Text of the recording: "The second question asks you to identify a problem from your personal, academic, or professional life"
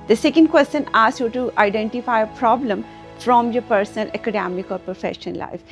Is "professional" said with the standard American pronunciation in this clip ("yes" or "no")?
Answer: no